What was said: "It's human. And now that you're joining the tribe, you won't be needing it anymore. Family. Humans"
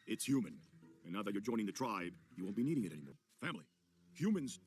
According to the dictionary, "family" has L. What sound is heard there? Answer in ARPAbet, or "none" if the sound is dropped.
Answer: L